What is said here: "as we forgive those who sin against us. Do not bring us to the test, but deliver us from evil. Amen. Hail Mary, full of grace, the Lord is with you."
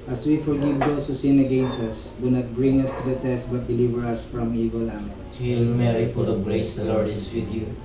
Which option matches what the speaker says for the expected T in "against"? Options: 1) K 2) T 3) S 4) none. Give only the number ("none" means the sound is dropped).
4